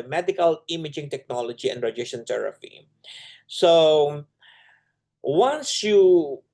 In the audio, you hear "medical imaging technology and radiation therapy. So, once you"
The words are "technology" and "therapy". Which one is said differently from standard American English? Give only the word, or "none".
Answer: therapy